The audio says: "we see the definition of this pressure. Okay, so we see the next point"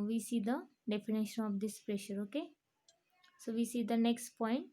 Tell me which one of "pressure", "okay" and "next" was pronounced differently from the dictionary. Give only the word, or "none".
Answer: none